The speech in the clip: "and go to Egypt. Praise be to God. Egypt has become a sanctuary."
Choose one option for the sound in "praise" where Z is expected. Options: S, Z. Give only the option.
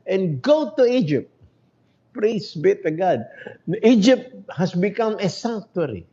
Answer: S